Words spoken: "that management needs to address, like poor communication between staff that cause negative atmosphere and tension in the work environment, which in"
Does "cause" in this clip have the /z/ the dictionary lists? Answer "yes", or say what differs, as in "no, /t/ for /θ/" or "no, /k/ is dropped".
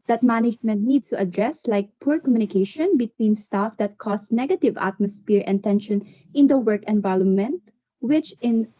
no, /s/ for /z/